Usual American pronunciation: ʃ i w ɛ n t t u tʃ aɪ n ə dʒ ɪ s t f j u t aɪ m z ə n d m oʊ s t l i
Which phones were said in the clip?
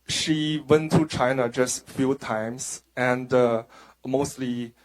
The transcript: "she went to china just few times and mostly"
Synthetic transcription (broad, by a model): ʃ i w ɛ n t t u tʃ aɪ n ə dʒ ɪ s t f j u t aɪ m s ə n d m oʊ s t l i